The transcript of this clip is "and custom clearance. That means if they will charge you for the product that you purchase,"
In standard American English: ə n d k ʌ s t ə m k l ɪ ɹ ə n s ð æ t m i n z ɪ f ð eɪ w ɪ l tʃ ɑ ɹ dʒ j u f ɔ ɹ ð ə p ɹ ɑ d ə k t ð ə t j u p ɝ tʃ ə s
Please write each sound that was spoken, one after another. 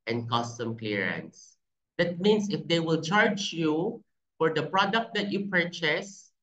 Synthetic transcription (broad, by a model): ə n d k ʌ s t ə m k l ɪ ɹ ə n s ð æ t m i n s ɪ f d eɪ w ɪ l tʃ ɑ ɹ dʒ j u f ɔ ɹ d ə p ɹ ɑ d ə k t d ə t j u p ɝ tʃ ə s